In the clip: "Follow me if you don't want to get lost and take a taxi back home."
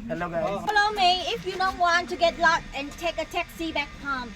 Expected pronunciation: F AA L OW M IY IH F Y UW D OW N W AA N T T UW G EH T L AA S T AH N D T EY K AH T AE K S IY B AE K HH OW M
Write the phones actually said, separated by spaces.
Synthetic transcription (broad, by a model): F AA L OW M IY IH F Y UW D OW N W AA N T T UW G EH T L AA T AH N T EY K AH T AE K S IY B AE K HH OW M